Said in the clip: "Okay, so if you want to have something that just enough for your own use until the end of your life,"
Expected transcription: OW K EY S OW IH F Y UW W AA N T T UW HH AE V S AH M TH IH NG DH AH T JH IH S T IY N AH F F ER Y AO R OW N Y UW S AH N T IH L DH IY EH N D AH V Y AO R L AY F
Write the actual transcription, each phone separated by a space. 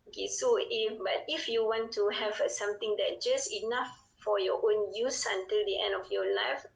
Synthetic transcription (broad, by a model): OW K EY S OW IH F Y UW W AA N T T UW HH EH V S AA M T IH NG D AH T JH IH S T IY N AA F F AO Y AO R OW N Y UW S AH N T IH L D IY EH N D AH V Y AO L AY F